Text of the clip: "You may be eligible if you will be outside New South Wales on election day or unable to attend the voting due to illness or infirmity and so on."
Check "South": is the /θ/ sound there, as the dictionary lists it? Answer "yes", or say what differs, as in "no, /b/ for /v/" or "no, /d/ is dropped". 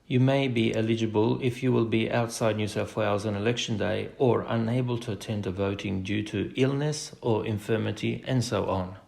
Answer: no, /f/ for /θ/